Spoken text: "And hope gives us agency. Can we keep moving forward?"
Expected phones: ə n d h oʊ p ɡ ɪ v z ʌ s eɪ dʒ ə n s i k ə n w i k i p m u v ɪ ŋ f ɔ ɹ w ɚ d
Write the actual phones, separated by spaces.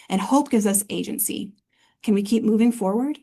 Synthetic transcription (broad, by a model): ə n h oʊ p ɡ ɪ v z ʌ s eɪ dʒ ə n s i k ə n w i k i p m u v ɪ ŋ f ɔ ɹ w ɚ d